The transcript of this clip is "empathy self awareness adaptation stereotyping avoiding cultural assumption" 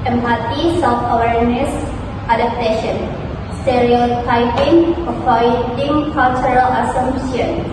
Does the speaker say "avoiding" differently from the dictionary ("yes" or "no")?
yes